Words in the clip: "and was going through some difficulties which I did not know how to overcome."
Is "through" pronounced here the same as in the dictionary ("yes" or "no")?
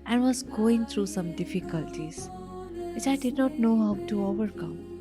no